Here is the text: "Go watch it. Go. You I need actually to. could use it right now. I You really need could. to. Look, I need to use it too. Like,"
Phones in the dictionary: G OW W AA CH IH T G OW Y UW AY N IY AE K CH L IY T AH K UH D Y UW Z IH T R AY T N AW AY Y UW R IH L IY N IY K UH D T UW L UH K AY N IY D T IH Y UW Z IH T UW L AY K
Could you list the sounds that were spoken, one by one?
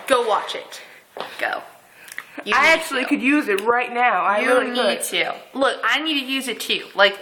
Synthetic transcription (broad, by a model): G OW W AA CH IH T G OW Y AY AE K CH IY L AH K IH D Y UW Z IH T R AY T N AW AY IH IY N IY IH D T UW L UH K AY N IY D T IH Y UW Z IH T UW L AY K